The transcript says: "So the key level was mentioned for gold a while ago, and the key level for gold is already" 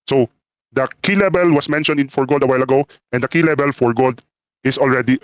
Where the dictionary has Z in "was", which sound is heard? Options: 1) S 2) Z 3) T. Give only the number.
1